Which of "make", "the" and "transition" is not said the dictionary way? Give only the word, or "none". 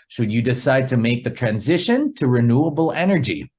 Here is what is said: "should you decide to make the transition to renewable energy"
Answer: none